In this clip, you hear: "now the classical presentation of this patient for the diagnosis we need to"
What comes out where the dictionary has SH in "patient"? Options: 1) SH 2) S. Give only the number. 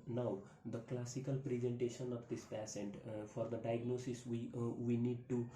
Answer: 2